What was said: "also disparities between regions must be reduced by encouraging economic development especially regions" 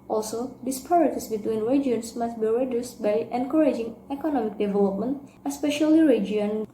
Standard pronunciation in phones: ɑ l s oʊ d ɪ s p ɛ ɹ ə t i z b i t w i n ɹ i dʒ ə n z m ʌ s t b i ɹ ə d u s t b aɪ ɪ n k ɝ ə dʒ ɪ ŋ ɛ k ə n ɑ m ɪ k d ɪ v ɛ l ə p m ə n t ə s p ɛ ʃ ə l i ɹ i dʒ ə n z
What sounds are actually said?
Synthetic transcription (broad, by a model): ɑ l s oʊ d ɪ s p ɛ ɹ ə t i s b i t w i n ɹ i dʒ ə n s m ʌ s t b i ɹ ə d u s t b aɪ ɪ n k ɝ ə dʒ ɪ ŋ ɛ k ə n ɑ m ɪ k d ɪ v ɛ l ə p m ə n t ə s p ɛ ʃ ə l i ɹ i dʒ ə n